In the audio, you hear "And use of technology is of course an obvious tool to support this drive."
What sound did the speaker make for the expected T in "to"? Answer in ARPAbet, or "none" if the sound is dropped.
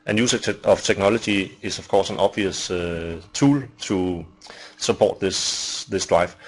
S